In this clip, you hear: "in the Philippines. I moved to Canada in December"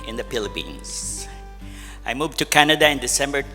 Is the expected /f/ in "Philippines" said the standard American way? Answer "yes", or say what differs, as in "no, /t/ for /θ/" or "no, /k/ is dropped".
no, /p/ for /f/